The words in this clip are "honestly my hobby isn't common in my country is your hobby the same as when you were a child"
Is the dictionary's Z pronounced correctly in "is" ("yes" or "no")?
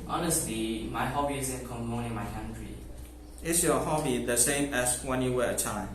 no